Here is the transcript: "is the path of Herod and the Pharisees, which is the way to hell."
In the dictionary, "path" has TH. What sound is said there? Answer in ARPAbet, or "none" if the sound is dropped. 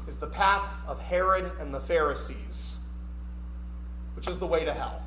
TH